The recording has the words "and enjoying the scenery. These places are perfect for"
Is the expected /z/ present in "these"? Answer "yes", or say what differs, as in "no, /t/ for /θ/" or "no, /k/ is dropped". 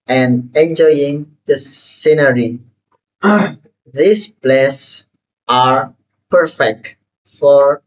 no, /s/ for /z/